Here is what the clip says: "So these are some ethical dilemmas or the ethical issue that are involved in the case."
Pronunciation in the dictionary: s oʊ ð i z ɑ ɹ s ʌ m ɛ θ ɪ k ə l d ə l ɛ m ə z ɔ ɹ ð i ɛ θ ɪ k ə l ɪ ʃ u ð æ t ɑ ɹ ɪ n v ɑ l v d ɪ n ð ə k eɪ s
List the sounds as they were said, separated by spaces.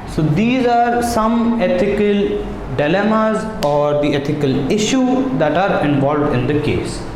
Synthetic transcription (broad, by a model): s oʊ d i z ɑ ɹ s ʌ m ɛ t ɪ k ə l d ə l ɛ m ə z ɔ ɹ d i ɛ t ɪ k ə l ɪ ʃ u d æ t ɑ ɹ ɪ n v ɑ l v d ɪ n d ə k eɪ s